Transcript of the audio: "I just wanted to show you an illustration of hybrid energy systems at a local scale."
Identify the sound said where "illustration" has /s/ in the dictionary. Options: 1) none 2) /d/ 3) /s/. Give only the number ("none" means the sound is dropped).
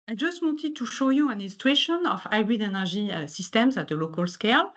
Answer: 1